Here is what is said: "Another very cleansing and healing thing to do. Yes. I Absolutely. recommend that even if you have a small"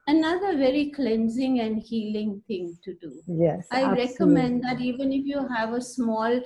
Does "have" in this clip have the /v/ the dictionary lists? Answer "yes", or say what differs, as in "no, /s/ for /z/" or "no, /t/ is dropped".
yes